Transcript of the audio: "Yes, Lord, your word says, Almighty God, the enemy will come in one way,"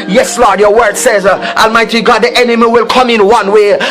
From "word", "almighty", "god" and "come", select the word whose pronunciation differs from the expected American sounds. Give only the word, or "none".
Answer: none